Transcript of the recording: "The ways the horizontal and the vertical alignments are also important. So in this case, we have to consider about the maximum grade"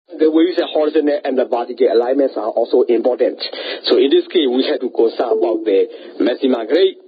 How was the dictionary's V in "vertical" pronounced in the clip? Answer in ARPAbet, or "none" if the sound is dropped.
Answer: B